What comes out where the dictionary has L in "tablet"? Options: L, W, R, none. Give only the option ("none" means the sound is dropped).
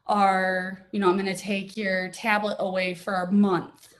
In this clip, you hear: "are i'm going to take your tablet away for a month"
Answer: L